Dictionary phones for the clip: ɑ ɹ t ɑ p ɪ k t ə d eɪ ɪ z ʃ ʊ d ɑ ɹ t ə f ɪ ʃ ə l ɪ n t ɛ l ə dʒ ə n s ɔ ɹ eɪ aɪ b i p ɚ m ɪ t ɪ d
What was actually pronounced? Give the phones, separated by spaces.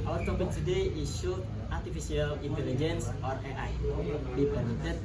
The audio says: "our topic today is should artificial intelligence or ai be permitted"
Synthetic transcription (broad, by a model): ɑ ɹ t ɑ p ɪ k t ə d eɪ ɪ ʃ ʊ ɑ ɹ t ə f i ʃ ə l ɪ n t ɛ l ə dʒ ə n s ɔ ɹ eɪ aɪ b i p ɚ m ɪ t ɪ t